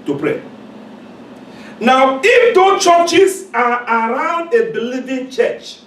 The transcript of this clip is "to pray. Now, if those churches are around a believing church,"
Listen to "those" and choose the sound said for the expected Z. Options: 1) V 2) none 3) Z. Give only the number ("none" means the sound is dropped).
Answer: 2